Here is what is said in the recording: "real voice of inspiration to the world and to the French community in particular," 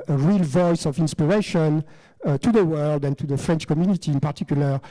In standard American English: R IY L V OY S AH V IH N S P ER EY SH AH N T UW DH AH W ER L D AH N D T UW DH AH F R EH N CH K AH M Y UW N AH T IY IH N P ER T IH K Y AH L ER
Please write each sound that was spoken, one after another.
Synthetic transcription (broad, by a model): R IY L V OY S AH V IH N S P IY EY SH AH N T UW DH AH W ER L D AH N T UW DH AH F R EH N CH K AH M Y UW N AH T IY IH N P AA T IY K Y L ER